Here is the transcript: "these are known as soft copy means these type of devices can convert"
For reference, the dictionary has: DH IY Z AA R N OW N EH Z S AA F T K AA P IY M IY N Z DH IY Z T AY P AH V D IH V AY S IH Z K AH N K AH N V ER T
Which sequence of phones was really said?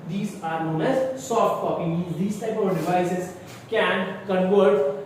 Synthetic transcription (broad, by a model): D IY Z AA R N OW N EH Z S AA F T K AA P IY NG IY Z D IY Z T AY P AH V D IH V AY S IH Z K AH N K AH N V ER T